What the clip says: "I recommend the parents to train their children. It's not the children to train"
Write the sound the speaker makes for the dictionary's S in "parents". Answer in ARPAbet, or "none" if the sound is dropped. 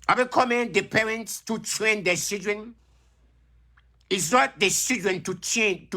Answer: S